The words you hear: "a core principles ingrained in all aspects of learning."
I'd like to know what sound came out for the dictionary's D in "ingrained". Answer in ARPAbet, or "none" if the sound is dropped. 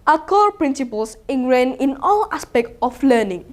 none